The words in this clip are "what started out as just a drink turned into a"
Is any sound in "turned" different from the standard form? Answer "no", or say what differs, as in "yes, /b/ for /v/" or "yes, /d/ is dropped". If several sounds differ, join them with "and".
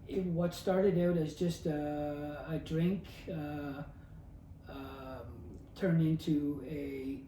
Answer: yes, /d/ is dropped